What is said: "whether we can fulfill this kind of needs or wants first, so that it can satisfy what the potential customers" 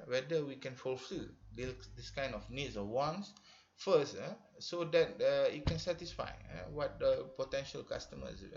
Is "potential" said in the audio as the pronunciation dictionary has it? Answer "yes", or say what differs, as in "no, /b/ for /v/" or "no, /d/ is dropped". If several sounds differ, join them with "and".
yes